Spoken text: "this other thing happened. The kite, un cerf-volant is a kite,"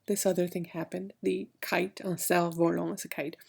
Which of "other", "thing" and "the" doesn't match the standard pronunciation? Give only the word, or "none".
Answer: none